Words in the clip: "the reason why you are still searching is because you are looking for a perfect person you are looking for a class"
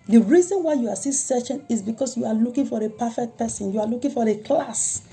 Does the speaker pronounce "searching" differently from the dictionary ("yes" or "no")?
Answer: yes